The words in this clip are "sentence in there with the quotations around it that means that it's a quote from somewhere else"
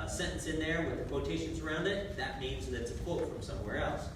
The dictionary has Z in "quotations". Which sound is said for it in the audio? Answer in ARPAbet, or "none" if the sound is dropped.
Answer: Z